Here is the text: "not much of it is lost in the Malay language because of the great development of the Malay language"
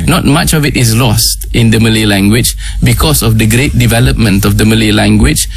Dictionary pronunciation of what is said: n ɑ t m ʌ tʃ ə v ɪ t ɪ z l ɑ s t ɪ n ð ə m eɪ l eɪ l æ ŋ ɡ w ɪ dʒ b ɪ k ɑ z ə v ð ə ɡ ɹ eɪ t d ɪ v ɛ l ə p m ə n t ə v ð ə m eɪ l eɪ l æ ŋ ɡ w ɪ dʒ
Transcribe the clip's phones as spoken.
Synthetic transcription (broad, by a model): n ɑ t m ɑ tʃ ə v ɪ t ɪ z l ɑ s t ɪ n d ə m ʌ l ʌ l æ ŋ ɡ w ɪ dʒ b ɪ k ɑ s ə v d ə ɡ ɹ eɪ t d ɪ v ɛ l ə p m ə n t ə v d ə m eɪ l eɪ l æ ŋ ɡ w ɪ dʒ